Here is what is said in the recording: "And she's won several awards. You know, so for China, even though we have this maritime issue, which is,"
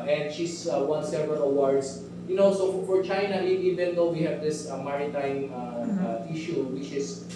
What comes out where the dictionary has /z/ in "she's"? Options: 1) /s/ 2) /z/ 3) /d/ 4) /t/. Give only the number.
1